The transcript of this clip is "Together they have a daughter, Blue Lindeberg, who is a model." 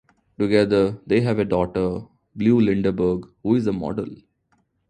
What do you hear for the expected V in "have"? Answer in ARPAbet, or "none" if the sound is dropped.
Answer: V